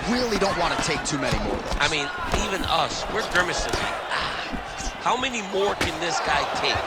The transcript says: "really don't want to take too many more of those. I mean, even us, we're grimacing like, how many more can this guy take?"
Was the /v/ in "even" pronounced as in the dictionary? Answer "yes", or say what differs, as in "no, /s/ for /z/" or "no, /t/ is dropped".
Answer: yes